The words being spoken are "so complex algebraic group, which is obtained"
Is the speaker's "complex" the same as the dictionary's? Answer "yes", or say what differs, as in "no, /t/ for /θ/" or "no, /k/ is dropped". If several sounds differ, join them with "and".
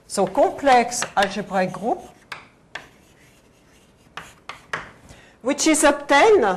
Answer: no, /m/ is dropped